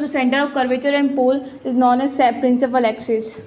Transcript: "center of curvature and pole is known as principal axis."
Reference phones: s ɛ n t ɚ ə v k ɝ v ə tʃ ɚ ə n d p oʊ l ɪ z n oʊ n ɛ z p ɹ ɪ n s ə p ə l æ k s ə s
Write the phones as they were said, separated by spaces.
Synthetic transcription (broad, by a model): s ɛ n t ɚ ə v k ɝ v ə tʃ ɚ ə n d p oʊ l ɪ z n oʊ n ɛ s p ɹ ɪ n s ə p ə l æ k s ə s